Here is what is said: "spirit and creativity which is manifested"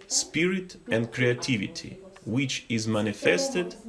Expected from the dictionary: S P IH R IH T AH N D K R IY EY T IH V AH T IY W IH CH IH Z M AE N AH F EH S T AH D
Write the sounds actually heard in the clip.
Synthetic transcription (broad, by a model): S P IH R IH T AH N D K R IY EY T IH V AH T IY W IH CH IH Z M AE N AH F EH S T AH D